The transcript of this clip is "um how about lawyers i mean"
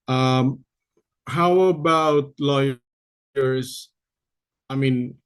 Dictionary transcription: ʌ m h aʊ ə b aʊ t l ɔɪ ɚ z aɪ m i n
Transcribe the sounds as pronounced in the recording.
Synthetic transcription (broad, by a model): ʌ m h aʊ ə b aʊ t l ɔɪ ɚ s aɪ m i n